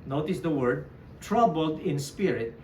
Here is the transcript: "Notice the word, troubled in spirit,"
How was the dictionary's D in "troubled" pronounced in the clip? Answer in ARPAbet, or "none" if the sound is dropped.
D